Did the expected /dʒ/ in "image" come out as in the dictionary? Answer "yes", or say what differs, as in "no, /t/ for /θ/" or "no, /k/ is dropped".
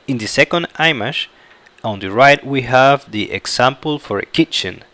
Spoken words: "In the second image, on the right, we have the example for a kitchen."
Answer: no, /ʃ/ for /dʒ/